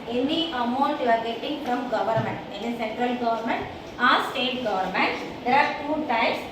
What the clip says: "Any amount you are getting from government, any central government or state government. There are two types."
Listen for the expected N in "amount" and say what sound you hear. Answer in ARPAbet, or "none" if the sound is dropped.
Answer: none